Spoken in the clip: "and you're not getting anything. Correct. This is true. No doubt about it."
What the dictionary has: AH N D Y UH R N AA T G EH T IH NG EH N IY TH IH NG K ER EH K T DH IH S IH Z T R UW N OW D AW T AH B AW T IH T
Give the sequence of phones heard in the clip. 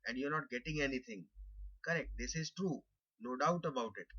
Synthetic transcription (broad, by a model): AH N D Y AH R N AA T G EH T IH NG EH N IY T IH NG K ER EH K T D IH S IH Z T R UW N OW D AW T AH B AW T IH T